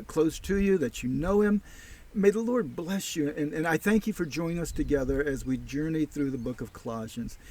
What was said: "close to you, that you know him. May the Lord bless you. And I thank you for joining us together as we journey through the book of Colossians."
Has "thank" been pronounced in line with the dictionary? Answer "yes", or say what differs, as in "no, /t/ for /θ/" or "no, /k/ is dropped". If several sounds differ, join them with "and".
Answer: yes